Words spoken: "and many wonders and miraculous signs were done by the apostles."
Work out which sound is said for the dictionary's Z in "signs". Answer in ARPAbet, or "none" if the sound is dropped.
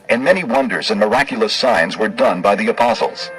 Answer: Z